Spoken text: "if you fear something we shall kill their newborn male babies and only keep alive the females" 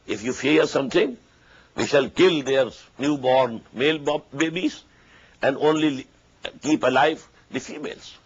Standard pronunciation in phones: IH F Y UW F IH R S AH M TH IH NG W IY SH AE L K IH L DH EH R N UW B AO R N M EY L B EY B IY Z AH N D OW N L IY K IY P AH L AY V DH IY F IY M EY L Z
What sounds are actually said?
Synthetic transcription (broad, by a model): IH F Y UW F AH R S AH M T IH NG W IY SH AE L K IH L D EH R N UW B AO R N M EY L B EY B IY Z AH N D OW N L IY K IY P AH L AY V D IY F IY M EY L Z